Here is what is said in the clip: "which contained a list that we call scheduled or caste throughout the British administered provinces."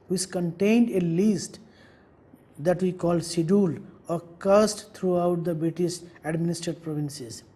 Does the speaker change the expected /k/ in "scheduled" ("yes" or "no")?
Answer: yes